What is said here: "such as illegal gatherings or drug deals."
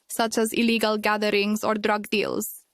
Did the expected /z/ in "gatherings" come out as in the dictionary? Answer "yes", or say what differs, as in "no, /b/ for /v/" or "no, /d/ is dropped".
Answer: no, /s/ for /z/